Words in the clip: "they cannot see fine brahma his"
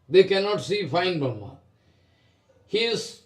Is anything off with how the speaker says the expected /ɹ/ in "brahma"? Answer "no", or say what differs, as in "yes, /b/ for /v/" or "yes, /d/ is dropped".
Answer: yes, /ɹ/ is dropped